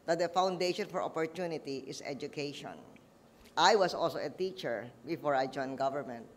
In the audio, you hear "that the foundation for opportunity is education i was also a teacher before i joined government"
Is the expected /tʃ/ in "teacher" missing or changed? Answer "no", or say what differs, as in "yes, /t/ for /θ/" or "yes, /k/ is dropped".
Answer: no